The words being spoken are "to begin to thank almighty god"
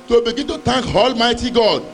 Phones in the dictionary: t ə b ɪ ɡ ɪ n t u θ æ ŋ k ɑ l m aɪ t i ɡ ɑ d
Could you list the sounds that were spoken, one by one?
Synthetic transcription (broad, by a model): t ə b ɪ ɡ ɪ n t u t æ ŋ k ɑ l m aɪ t i ɡ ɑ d